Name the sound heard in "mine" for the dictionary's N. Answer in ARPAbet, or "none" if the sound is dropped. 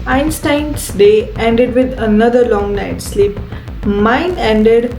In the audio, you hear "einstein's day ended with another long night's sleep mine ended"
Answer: N